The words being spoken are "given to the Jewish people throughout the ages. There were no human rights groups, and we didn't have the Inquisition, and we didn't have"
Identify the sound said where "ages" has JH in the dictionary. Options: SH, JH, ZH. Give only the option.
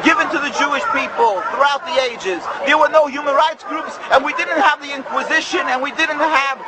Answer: JH